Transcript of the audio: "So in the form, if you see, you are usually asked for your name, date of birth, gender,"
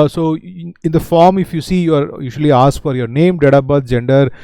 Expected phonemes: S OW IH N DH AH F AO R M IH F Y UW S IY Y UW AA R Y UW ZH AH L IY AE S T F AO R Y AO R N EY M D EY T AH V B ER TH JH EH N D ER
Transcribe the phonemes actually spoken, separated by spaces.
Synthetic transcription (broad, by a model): S OW IH N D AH F AO R M IH F Y UW S IY Y UW AA R Y UW SH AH L IY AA S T F AO R Y AO R N EY M D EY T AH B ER T JH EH N D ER